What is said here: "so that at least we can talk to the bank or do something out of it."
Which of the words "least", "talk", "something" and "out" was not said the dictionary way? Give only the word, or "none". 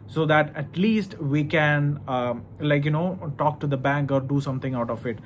something